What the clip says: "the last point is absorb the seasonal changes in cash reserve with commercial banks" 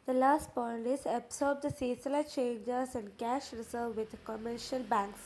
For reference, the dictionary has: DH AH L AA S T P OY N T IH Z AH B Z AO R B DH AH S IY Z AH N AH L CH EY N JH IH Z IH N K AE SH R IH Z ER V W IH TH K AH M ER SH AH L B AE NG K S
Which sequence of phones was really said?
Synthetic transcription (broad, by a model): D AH L AA S T P OY N T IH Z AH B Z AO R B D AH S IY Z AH L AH CH EY N JH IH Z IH N K AE SH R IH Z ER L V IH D K AH M ER SH AH L B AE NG K S